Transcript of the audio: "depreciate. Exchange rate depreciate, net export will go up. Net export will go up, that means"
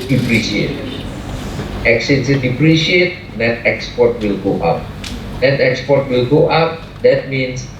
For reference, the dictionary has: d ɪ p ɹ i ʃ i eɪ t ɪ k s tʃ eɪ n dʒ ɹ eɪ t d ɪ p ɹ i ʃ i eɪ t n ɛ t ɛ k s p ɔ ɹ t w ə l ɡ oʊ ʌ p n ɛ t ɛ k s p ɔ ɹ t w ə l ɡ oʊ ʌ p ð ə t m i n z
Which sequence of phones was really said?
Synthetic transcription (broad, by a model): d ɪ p ɹ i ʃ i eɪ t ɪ k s eɪ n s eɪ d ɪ p ɹ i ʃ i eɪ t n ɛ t ɛ k s p ɔ t w ə l ɡ oʊ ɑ p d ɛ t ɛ k s p ɔ t w ə l ɡ oʊ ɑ p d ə t m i n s